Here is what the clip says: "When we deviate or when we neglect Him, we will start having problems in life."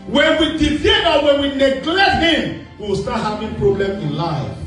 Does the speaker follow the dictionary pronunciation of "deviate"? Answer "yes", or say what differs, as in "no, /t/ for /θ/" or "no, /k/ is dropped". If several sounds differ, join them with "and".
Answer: no, /f/ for /v/